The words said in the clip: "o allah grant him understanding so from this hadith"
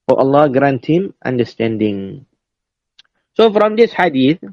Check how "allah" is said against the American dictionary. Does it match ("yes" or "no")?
yes